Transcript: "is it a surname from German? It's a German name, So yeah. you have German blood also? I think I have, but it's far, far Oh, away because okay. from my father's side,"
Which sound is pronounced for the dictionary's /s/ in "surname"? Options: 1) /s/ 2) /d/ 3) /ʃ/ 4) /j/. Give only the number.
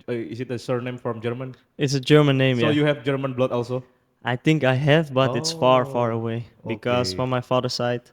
1